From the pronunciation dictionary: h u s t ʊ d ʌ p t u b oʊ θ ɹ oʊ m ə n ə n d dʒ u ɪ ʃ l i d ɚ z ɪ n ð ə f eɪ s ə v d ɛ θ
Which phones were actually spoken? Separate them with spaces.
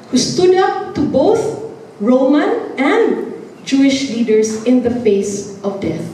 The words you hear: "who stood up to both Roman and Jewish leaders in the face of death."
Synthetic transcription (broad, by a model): h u s t ʊ d ʌ p t u b oʊ θ ɹ oʊ m ə n ə n d dʒ u ɪ ʃ l i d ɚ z ɪ n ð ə f eɪ s ə v d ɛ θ